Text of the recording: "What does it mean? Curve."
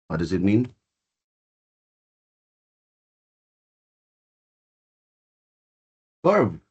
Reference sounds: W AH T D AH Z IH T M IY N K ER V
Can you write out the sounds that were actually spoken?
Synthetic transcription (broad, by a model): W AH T D AH Z IH T M IY N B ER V